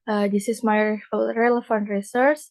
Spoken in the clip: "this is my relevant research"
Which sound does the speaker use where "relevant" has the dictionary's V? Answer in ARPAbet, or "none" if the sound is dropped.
F